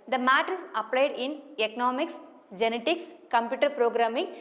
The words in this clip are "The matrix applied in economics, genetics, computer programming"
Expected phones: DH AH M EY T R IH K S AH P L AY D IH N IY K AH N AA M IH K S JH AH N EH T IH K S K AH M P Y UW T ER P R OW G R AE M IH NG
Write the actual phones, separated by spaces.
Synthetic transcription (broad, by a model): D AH M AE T IH S AH P L AY D IH N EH K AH N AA M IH K S JH AH N EH T IH K S K AH M P Y UW T ER P R OW G R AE M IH NG